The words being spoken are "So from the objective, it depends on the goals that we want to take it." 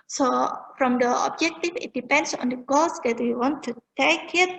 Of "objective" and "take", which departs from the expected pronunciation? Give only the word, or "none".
objective